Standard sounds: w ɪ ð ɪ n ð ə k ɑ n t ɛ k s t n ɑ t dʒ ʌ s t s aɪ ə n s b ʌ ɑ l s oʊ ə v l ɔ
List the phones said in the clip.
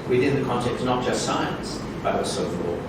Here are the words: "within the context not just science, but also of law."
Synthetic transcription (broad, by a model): w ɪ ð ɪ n ð ə k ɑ n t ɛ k t n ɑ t dʒ ʌ s t s aɪ ə n s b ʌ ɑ s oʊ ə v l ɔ